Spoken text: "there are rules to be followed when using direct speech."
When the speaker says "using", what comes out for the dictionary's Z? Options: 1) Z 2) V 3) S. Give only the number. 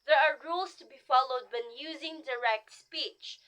1